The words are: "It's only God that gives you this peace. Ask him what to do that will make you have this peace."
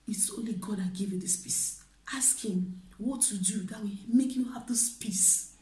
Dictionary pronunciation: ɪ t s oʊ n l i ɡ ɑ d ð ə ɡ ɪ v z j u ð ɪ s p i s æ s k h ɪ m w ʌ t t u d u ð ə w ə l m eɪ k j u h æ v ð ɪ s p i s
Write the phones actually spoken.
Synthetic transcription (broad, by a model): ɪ t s oʊ n l i ɡ ɑ d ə ɡ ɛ v j u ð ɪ s p i s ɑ s k h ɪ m w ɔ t t u d u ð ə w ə m eɪ k j u h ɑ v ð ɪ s p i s